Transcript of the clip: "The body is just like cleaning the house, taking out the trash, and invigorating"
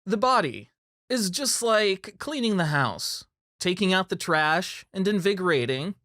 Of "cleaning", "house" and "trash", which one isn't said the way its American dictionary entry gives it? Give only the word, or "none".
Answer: none